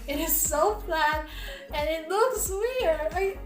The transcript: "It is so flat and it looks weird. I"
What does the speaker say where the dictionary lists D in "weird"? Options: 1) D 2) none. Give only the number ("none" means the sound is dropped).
2